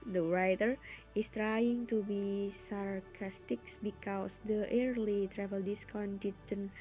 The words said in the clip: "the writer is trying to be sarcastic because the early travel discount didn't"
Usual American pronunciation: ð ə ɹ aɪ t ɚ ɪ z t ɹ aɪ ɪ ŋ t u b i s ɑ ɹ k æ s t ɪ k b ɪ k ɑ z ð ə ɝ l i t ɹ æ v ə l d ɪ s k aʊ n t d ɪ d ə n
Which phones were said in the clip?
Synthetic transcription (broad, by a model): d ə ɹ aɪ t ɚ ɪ s t ɹ aɪ ɪ ŋ t u b i s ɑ ɹ k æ s t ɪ k b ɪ k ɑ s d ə ɝ l i t ɹ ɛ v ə l d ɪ s k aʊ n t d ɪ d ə n